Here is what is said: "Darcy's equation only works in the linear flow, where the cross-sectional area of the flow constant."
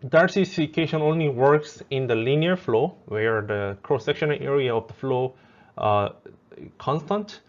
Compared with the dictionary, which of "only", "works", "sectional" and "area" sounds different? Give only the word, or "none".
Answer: none